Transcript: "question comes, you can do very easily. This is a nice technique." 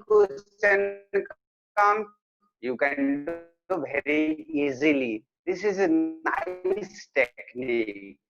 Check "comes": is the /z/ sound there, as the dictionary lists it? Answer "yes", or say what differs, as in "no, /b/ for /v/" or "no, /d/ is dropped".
no, /z/ is dropped